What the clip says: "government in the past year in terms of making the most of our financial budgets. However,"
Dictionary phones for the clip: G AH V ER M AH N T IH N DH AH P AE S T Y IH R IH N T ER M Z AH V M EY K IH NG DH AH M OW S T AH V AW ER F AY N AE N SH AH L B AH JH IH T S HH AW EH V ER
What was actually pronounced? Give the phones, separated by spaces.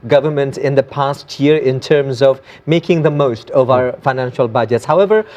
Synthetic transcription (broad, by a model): G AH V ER M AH N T IH N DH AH P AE S T Y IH R IH N T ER M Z AH V M EY K IH NG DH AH M OW S T AH V AW ER F AY N AE N SH AH L B AH JH IH T S HH AW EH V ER